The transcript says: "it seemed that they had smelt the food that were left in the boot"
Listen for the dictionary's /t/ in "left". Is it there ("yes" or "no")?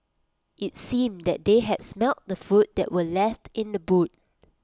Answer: yes